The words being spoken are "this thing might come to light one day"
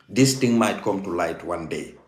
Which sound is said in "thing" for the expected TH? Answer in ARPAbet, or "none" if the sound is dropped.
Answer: T